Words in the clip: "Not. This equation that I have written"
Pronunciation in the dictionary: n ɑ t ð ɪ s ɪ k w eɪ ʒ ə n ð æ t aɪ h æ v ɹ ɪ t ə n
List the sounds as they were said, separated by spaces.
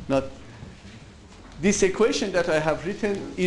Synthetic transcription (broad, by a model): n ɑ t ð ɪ s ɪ k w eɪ ʃ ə n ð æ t aɪ h æ v ɹ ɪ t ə n